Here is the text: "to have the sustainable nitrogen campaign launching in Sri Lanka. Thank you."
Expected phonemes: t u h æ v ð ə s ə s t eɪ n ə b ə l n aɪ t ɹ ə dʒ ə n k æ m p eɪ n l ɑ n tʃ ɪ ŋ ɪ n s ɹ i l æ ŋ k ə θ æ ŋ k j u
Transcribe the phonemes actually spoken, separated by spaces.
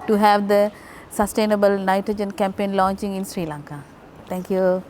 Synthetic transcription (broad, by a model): t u h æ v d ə s ə s t eɪ n ə b ə l n aɪ t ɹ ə dʒ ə n k æ m p eɪ n l ɑ n tʃ ɪ ŋ ɪ n s ɹ i l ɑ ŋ k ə t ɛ ŋ k j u